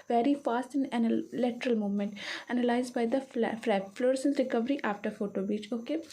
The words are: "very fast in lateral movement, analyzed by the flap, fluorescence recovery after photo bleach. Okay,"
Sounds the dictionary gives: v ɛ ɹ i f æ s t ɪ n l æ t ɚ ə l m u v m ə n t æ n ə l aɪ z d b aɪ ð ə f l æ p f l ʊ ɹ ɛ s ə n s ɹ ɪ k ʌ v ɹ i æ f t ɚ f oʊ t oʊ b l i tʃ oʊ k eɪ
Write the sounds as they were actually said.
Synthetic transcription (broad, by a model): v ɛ ɹ i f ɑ s t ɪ n l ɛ t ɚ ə l m u v m ə n t æ n ə l aɪ z d b aɪ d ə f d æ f l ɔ ɹ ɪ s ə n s ɹ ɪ k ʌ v ɹ i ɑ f t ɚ f oʊ t oʊ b i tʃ oʊ k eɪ